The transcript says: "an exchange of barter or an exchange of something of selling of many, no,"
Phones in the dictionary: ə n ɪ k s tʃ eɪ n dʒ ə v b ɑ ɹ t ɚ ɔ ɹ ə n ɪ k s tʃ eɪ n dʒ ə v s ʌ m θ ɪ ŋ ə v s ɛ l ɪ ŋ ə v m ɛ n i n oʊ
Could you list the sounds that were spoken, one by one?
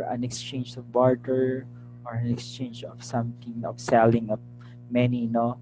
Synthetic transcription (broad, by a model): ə n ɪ k s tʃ eɪ n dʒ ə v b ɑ ɹ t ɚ ɔ ɹ ə n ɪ k s tʃ eɪ n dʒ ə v s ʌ m t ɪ ŋ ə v s ɛ l ɪ ŋ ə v m ɛ n i n oʊ